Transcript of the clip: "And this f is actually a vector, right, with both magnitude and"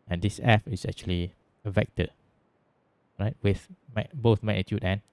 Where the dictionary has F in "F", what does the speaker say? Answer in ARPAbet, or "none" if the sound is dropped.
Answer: F